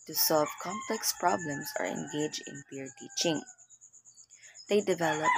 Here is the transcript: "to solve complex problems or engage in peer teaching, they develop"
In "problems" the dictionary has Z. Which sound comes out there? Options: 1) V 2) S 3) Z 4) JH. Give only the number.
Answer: 2